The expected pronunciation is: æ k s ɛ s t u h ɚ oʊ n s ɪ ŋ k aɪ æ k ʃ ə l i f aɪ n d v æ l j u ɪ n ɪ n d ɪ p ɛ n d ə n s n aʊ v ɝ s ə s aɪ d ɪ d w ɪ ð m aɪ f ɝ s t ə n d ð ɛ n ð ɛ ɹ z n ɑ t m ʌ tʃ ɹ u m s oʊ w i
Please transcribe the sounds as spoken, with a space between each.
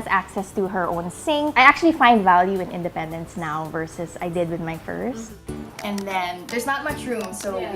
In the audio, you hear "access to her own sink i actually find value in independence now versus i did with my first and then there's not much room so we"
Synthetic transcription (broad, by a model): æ k s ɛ s t u h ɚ oʊ n s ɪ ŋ aɪ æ k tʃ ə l i f aɪ n d v æ l j u ɪ n ɪ n d ɪ p ɛ n d ə n s n aʊ v ɝ s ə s aɪ d ɪ d w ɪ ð m aɪ f ɝ s t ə n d ð ɛ n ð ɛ ɹ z n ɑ t m ʌ tʃ ɹ u m s oʊ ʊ